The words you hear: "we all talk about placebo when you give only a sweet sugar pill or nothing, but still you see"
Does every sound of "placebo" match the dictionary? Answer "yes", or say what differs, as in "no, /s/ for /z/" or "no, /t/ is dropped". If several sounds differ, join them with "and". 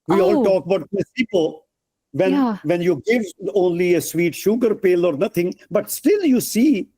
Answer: no, /l/ is dropped